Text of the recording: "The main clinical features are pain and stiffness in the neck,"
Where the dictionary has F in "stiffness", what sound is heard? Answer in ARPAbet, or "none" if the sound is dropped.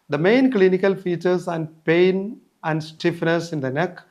F